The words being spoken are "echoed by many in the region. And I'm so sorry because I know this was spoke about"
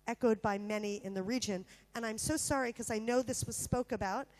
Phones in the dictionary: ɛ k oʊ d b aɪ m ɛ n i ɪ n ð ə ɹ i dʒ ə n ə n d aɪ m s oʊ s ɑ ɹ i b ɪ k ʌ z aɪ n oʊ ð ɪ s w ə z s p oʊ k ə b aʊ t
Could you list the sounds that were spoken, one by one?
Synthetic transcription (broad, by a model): ɛ k oʊ d b aɪ m ɛ n i ɪ n ð ə ɹ i dʒ ə n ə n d aɪ m s oʊ s ɑ ɹ i k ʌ z aɪ n oʊ ð ɪ s w ə z s p oʊ k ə b aʊ t